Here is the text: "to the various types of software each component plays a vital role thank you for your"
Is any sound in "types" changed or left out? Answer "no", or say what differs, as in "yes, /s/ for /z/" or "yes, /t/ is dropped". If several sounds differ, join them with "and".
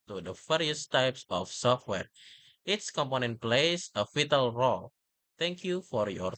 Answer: no